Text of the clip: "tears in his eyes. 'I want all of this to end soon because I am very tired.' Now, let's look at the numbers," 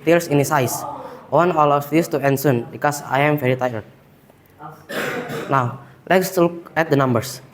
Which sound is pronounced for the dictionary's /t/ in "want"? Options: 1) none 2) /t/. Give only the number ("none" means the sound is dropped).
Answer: 1